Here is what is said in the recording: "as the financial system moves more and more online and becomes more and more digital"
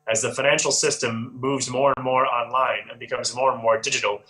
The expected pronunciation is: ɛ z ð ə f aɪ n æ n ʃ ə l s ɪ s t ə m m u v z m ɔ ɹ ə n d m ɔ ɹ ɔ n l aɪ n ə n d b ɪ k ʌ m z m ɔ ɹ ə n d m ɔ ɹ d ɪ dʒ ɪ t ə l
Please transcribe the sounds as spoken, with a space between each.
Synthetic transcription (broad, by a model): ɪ z ð ə f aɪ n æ n ʃ l s ɪ s t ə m m u v z m ɔ ɹ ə n m ɔ ɹ ɔ n l aɪ n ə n b ɪ k ʌ m z m ɔ ɹ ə n m ɔ ɹ d ɪ dʒ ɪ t l